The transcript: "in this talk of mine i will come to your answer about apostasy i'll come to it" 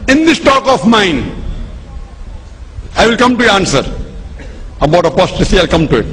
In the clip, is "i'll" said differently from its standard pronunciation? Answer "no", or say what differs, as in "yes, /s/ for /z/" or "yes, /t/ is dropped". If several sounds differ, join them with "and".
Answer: no